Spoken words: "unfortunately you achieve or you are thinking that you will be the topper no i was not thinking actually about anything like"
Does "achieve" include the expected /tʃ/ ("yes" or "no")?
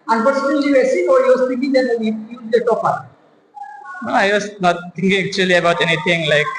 no